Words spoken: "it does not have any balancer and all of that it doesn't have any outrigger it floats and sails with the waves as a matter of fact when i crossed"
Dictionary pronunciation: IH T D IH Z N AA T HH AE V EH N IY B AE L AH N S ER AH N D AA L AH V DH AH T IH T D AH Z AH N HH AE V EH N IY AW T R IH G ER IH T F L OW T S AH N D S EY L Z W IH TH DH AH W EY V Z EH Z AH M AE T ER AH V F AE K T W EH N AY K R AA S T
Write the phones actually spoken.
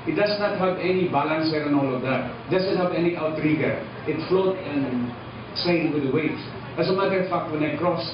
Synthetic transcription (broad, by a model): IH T D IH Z N AA T HH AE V EH N IY B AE L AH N S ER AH N AA L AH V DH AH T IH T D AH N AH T HH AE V EH N IY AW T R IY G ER IH T F L OW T AH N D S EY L W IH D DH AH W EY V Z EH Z AH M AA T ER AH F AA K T W EH N AY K R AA S